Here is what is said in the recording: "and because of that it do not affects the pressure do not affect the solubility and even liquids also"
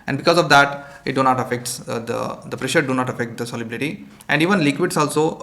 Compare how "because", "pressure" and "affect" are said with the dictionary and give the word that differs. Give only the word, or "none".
none